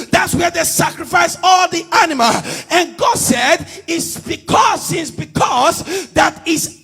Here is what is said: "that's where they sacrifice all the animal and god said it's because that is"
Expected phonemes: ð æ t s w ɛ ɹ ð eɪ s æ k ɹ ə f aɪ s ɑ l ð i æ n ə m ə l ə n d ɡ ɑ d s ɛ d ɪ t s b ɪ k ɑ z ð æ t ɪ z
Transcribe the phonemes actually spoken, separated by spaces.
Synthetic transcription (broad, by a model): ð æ t s w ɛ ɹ ð eɪ s æ k ɹ ə f aɪ s ɑ l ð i æ n ə m ə l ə n ɡ ɑ d s ɛ d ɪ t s b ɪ k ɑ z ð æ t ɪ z